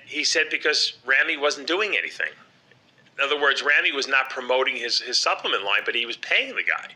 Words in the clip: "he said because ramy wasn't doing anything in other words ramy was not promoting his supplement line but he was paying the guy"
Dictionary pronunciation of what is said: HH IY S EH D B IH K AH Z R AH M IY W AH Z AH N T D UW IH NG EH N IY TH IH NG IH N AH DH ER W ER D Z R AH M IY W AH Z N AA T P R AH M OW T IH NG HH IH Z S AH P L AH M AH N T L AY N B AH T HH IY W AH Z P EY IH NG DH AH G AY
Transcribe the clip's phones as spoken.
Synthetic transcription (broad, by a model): HH IY S EH D B IH K AH Z R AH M IY W AH Z N D UW IH NG EH N IY TH IH NG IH N AH DH ER W ER D Z R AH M IY W AH Z N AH T P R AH M OW T IH NG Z IH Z S AH P L AH M AH N T L AY N B AH T HH IY W AH Z P EY IH NG DH AH G AY